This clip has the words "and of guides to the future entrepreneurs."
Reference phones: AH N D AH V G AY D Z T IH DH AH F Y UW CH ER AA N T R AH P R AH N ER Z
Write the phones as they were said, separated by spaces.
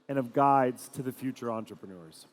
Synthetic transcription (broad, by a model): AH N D AH V G AY D Z T IH DH AH F Y UW CH ER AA N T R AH P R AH N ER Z